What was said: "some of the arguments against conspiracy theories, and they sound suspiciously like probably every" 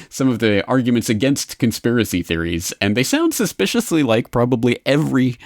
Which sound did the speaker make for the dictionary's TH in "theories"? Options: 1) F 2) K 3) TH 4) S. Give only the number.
3